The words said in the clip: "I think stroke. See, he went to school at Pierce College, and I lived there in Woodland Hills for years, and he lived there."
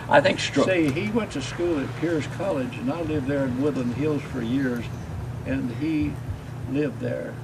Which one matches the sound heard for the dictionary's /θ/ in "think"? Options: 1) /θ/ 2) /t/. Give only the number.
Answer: 1